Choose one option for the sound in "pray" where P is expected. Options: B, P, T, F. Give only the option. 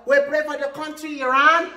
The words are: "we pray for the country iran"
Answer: B